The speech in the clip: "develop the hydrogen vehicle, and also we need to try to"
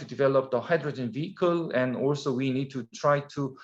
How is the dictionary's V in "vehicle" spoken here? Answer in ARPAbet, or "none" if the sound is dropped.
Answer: V